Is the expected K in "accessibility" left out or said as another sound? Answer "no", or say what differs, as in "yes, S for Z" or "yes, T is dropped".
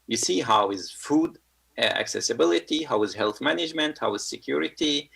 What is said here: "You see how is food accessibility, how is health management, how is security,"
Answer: no